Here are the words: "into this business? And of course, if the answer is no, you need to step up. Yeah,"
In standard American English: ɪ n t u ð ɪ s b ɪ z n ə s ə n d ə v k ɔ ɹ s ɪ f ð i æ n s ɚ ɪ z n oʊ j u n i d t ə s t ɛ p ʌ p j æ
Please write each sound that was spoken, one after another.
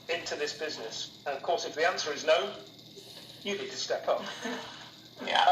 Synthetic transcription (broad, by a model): ɪ n t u ð ɪ s b ɪ z n ə s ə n ə v k ɔ ɹ s ɪ f ð i æ n s ɚ ɪ z n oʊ j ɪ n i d t ə s t ɛ p ʌ p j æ